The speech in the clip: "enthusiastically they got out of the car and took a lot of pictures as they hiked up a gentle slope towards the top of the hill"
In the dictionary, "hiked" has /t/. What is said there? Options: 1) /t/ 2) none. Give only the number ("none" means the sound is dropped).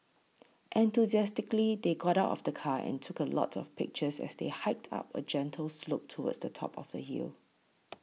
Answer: 1